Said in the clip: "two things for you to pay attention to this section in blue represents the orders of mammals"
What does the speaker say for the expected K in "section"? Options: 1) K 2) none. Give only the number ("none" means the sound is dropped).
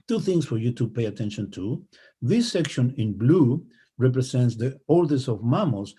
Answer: 1